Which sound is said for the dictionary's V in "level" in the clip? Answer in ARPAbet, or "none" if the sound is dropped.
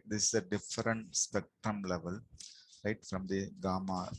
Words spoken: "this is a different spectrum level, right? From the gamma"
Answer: V